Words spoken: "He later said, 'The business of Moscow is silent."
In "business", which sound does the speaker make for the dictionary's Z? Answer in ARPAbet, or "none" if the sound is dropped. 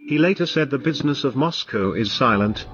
Z